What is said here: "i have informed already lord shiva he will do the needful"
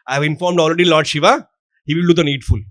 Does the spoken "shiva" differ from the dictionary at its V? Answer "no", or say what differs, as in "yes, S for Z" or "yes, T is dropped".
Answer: no